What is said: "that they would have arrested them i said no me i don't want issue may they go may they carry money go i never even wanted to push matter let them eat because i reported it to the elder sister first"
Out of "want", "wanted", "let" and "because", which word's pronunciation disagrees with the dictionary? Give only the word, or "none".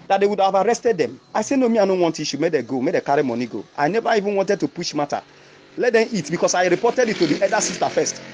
because